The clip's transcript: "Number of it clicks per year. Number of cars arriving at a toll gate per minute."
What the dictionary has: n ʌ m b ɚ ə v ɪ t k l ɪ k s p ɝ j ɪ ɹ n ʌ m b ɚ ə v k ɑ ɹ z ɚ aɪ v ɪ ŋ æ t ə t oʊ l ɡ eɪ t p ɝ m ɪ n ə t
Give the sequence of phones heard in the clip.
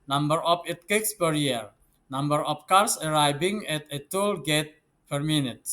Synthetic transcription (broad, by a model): n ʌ m b ɚ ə f ɪ t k ɪ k s p ɝ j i ɹ n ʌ m b ɚ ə f k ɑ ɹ s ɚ aɪ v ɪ ŋ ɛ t ə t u l ɡ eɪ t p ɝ m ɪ n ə t